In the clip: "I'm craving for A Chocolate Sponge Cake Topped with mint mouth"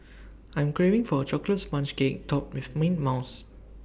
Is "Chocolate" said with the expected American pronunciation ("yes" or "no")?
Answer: yes